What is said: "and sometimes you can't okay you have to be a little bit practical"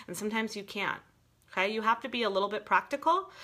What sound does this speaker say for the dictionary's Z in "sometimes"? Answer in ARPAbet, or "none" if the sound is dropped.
Z